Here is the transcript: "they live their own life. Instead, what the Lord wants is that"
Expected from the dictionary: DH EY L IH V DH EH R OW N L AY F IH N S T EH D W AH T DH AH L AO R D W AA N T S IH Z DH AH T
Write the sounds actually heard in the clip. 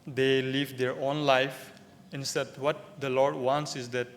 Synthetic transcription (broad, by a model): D EY L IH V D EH R OW N L AY F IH N S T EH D W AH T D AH L AO R D W AA N T S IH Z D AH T